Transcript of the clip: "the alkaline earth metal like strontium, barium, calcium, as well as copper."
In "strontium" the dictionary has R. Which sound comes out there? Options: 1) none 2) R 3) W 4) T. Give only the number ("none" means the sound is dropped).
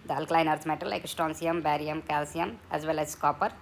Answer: 1